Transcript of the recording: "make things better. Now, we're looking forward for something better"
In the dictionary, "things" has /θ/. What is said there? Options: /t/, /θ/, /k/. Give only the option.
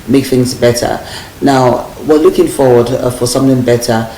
/θ/